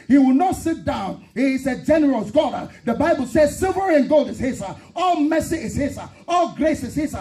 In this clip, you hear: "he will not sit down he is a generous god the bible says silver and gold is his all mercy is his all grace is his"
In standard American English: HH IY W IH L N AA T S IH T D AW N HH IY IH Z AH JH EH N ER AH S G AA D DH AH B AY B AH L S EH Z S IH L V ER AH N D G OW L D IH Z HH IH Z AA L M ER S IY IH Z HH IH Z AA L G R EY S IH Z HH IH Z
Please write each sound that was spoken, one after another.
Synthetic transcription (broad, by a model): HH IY W IH L N AA T S IH T D AW N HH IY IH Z AH JH EH N ER AH S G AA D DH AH B AY B AH L S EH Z S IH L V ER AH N G OW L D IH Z HH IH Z AA L M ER S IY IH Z HH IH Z AA L G R EY S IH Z HH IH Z